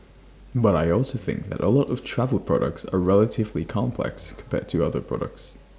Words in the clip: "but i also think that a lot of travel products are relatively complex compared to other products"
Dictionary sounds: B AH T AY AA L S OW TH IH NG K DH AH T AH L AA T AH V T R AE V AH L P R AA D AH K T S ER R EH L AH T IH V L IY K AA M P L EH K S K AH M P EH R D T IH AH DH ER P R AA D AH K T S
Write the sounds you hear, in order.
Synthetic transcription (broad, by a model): B AH T AY AA L S OW TH IH NG K DH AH T AH L AA T AH V T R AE V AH L P R AA D AH K T S ER R EH L AH T IH V L IY K AA M P L EH K S K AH M P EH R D T IH AH DH ER P R AA D AH K T S